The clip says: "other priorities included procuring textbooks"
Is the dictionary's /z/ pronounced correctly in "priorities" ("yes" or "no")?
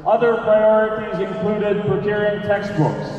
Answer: yes